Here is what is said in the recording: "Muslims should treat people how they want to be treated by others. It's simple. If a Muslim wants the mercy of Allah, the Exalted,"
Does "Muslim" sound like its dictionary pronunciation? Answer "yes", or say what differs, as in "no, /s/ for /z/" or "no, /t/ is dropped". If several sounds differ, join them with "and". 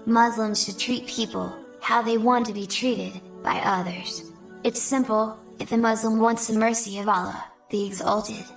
yes